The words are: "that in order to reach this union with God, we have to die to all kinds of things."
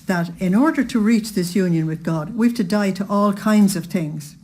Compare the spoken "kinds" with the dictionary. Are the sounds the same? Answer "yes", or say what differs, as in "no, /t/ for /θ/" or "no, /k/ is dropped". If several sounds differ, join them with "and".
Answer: yes